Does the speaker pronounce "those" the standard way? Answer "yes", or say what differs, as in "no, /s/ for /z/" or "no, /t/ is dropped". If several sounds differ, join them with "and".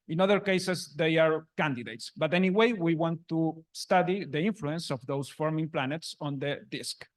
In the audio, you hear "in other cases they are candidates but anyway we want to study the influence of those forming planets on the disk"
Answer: no, /s/ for /z/